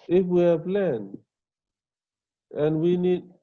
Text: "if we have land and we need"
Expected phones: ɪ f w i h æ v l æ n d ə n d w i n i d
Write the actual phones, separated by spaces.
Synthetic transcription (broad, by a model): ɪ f w i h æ p l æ n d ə n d w i n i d